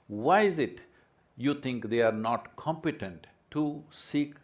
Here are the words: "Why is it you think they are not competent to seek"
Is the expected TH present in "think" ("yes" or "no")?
no